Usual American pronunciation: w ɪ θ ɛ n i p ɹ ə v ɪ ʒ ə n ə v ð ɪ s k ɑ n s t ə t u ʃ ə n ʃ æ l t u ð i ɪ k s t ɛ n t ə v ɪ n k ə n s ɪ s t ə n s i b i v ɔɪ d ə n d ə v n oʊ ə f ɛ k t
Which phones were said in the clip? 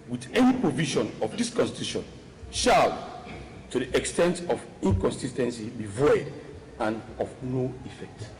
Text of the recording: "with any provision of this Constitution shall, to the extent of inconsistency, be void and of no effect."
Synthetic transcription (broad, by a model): w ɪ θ ɛ n i p ɹ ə v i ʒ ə n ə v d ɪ s k ɑ n s t ə t u ʃ ə n ʃ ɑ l t u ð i ɪ k s t ɛ n t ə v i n k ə n s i s t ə n s i b i v ɔɪ d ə n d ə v n oʊ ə f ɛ k t